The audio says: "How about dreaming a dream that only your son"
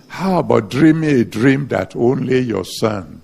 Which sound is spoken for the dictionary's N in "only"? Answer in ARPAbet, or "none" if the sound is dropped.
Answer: N